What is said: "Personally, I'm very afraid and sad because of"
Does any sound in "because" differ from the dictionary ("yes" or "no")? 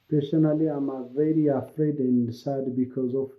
no